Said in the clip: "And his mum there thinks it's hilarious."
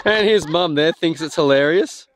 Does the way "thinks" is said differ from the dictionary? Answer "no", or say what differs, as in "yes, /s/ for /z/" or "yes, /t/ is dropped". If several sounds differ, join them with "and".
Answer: no